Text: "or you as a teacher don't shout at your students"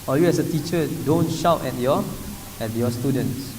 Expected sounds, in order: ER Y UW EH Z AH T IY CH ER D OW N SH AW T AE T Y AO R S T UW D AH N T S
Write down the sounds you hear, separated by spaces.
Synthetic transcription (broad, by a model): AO Y UW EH S AH T IY CH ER D OW N SH AW T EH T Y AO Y S T UW D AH N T S